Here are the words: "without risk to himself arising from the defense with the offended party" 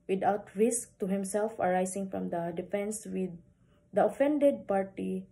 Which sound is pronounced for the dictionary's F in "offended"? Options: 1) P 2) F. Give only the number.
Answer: 2